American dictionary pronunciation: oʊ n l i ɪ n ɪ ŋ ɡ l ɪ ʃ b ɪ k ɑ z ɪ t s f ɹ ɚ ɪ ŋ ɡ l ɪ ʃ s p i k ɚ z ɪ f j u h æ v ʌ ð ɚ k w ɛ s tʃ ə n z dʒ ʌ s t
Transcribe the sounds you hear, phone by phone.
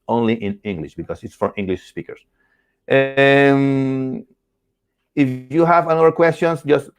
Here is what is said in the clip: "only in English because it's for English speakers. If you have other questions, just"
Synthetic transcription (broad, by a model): oʊ n l i ɪ n ɪ ŋ ɡ l ɪ ʃ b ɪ k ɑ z ɪ t s f ɹ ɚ ɪ ŋ ɡ l ɪ ʃ s p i k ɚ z ɪ f j u h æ v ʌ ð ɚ k w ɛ s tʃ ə n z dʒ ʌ s t